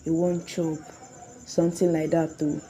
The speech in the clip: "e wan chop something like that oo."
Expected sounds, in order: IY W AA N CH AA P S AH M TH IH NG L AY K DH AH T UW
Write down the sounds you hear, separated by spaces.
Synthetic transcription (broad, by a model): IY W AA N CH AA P S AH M T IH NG L AY K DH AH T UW